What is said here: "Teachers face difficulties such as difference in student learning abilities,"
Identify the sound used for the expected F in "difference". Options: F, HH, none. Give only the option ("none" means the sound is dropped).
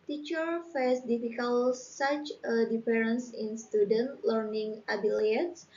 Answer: none